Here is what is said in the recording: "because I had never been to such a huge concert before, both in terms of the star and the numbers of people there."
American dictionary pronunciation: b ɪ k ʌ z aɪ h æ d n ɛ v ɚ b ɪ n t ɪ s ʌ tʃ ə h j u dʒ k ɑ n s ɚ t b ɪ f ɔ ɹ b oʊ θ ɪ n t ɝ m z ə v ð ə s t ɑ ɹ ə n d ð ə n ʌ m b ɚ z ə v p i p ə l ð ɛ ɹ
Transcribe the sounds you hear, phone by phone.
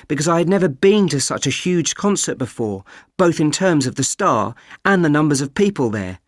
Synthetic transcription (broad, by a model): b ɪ k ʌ z aɪ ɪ d n ɛ v ɚ b ɪ n t ɪ s ʌ tʃ ə h j u dʒ k ɑ n s ɚ t b ɪ f ɔ ɹ b oʊ θ ɪ n t ɝ m z ə v ð ə s t ɑ ɹ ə n ð ə n ʌ m b ɚ z ə v p i p ə l ð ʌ ɹ